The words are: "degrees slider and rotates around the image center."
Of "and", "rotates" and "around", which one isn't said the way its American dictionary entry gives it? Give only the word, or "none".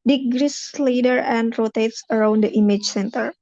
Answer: none